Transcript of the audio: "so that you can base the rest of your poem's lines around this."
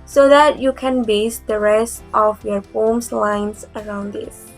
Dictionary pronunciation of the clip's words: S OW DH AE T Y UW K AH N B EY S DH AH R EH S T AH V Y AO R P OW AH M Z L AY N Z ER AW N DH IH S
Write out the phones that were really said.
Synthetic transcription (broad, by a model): S OW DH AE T Y UW K AH N B EY S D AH R EH S T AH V Y AO R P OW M S L AY N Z ER AW N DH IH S